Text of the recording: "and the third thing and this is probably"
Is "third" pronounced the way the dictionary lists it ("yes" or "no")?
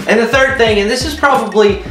yes